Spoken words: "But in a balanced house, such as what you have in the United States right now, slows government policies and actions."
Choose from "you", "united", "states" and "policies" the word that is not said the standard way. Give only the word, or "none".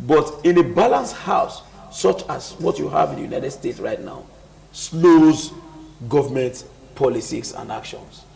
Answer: policies